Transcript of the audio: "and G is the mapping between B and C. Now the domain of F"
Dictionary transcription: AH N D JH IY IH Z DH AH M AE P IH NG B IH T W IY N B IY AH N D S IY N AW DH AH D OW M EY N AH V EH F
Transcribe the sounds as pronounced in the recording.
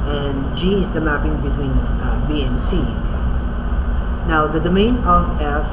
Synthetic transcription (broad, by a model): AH N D JH IY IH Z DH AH M AE P IH NG B IH T W IY N B IY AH N S IY N AW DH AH D OW M EY N AH V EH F